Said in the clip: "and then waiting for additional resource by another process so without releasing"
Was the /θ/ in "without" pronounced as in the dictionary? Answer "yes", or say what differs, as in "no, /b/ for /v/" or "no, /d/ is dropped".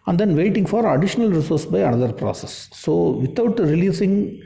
no, /t/ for /θ/